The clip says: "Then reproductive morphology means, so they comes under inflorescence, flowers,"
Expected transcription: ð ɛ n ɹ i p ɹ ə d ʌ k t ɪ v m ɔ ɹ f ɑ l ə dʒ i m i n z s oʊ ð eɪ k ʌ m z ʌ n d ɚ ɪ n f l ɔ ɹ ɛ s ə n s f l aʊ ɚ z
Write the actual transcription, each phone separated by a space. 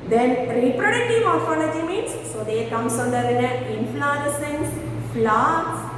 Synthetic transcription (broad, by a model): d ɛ n ɹ i p ɹ ə d ʌ k t ɪ v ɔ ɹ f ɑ l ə dʒ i m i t s oʊ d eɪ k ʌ m s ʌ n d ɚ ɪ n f l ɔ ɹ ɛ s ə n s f l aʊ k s